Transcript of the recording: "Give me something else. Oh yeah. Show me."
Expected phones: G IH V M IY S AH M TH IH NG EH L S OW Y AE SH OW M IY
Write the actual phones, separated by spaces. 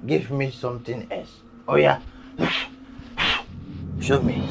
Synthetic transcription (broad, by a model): G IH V M IY S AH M T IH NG EH L S OW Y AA SH OW M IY